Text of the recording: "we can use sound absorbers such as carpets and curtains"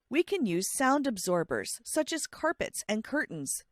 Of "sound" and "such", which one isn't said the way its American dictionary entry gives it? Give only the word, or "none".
none